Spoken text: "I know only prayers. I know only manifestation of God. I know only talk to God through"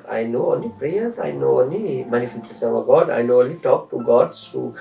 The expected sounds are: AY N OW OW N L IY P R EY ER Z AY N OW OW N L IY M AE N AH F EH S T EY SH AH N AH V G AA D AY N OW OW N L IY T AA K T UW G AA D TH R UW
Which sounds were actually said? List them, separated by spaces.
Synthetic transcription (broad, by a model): AY N OW OW N L IY P R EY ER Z AY N OW OW N L IY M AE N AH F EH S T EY S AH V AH G AA D AY N OW OW N L IY T AA K T UW G AA D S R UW